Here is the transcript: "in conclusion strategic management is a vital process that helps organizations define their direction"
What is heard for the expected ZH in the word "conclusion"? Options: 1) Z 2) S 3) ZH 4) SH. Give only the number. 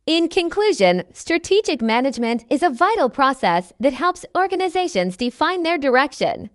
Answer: 3